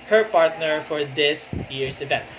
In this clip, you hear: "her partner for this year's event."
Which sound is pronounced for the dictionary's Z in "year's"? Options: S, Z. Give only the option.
S